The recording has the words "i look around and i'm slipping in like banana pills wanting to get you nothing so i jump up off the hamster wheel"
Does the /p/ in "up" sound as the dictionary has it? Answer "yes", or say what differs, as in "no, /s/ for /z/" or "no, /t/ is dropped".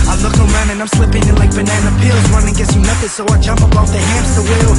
no, /b/ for /p/